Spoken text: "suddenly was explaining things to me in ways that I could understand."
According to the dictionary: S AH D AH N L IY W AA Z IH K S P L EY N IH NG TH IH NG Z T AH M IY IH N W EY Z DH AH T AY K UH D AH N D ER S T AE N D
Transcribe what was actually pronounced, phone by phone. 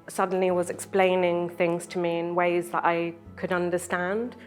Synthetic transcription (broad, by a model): S AH D N L IY W AA Z IH K S P L EY N IH NG TH IH NG Z T AH M IY IH N W EY Z DH AH T AY K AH D AH N D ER S T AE N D